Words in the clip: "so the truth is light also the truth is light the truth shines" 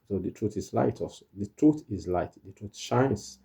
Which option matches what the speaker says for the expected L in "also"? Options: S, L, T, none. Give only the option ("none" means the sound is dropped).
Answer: none